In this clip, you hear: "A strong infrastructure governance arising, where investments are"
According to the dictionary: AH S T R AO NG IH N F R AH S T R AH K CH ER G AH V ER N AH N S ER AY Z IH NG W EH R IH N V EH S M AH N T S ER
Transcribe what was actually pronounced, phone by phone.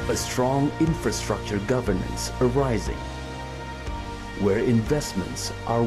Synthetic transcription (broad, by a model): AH S T R AO NG IH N F R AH S T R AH K CH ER G AH V ER N AH N S ER AY Z IH NG W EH R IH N V EH S M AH N T S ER